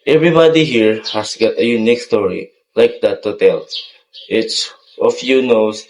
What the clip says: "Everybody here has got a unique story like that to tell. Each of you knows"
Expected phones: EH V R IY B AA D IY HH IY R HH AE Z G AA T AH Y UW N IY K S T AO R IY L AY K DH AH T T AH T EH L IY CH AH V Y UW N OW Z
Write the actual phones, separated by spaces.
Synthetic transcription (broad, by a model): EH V R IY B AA D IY HH IY R HH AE S G AA T AH Y UW N IY K S T AO R IY L AY K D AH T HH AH T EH L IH S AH F Y UW N OW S